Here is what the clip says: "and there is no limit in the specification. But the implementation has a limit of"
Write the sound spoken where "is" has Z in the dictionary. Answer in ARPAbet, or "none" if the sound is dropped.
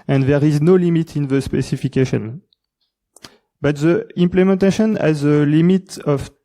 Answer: Z